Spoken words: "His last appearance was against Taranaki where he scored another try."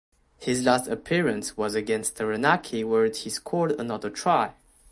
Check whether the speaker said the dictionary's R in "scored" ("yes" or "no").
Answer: no